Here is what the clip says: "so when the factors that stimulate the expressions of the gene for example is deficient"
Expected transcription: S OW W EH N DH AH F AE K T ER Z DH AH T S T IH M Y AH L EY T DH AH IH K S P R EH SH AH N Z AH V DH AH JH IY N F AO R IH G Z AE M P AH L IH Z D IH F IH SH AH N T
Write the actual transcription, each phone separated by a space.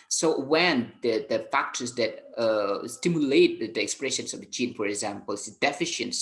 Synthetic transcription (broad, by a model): S OW W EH N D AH F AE K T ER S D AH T S T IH M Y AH L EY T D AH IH K S P R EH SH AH N S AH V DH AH CH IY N F AO R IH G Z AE M P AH L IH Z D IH F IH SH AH N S